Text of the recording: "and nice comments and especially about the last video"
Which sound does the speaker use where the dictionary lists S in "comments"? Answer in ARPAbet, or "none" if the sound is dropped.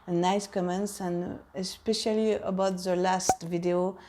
S